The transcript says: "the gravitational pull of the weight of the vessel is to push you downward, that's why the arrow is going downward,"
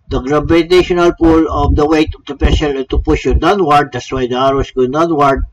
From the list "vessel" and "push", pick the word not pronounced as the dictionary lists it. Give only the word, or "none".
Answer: vessel